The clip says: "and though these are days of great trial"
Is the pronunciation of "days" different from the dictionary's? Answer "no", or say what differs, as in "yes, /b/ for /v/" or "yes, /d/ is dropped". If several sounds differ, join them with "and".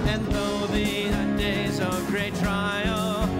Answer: no